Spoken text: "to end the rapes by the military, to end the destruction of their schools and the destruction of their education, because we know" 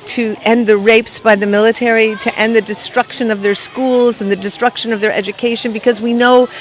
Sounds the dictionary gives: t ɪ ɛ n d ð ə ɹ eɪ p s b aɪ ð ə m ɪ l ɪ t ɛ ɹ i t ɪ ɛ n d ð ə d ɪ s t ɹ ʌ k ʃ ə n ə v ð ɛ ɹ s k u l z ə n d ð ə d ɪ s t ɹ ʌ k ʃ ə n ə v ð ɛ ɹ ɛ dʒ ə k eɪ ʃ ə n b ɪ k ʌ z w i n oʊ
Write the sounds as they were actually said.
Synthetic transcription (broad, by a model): t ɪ ɛ n ð ə ɹ eɪ p s b aɪ ð ə m ɪ l ɪ t ɛ ɹ i t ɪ ɛ n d ð ə d ɪ s t ɹ ʌ k ʃ ə n ə v ð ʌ ɹ s k u l z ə n ð ə d ɪ s t ɹ ʌ k ʃ ə n ə v ð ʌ ɹ ɛ dʒ ə k eɪ ʃ ə n b ɪ k ʌ z w i n oʊ